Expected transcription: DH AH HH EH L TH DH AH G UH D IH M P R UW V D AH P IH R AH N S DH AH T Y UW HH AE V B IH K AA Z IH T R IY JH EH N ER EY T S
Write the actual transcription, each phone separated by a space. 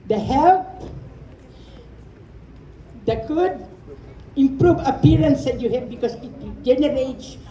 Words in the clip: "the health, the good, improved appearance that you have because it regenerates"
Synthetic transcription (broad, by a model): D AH HH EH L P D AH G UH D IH M P R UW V AH P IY R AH N S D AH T Y UW HH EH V B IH K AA S IH T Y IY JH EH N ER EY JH